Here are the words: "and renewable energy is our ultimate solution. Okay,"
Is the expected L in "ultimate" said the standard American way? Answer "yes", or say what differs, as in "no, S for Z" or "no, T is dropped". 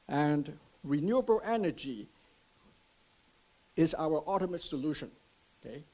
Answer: no, L is dropped